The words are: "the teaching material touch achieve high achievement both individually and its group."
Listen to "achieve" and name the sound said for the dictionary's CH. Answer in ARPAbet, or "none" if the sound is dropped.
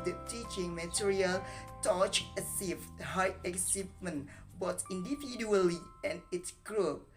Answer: S